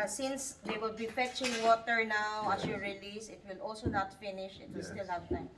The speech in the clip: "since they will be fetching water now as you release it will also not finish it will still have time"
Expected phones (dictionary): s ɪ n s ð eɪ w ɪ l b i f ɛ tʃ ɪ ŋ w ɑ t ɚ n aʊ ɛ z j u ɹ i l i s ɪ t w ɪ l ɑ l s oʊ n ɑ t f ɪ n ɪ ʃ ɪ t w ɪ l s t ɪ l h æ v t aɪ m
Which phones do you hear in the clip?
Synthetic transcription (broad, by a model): s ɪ n s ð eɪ w ɪ l b i f ɛ tʃ ɪ ŋ w ɑ t ɚ n aʊ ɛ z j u ɹ i l i s ɪ t w ɪ l ɑ l s oʊ n ɑ t f ɪ n ɪ ʃ ɪ t w ɪ l s t ɪ l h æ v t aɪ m